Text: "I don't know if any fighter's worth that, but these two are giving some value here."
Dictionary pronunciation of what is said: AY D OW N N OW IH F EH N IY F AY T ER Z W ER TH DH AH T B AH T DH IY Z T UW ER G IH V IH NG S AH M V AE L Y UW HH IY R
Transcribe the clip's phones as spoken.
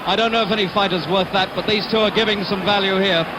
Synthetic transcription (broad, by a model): AY D OW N N OW IH F EH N IY F AY T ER Z W ER TH DH AH T B AH T DH IY Z T UW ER G IH V IH NG S AH M V AE L Y UW HH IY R